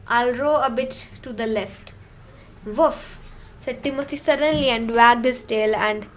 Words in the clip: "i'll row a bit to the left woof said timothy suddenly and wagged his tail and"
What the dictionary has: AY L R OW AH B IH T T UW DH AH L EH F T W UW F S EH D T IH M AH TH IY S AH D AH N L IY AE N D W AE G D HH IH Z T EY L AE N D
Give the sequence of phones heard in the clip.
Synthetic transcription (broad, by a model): AY L R OW AH B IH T T UW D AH L EH F T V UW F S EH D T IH M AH T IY S AH D AH N L IY AE N D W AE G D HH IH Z T EY L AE N D